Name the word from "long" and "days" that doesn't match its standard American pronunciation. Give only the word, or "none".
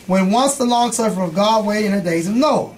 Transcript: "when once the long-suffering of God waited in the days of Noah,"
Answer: none